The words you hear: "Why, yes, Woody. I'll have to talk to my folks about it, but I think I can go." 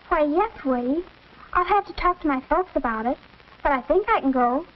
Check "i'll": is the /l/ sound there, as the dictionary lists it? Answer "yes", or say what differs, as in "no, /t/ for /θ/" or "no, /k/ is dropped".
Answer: yes